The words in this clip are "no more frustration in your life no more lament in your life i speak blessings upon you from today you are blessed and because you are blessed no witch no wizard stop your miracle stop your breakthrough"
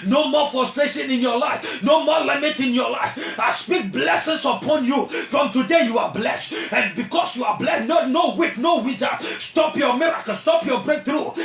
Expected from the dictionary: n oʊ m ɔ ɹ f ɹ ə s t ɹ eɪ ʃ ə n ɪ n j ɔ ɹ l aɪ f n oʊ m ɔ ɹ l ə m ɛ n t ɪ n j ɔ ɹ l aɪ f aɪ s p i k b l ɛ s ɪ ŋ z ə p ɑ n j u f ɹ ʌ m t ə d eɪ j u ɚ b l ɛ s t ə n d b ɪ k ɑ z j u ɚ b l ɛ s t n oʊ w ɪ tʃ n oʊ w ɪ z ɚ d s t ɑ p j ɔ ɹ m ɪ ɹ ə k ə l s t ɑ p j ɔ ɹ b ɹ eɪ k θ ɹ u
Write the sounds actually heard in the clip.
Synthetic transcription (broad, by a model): n oʊ m ɔ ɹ f ɹ ə s t ɹ eɪ ʃ ə n ɪ n j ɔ l aɪ f n oʊ m ɔ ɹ l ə m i t ɪ n j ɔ l aɪ f aɪ s p i k b l ɛ s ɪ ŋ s ə p ɑ n j u f ɹ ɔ m t ə d eɪ j u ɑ b l ɛ s t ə n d b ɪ k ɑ s j u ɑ b l ɛ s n n oʊ w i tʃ n oʊ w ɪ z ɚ s t ɑ p j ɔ m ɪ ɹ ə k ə s t ɑ p j ɔ b ɹ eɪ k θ ɹ u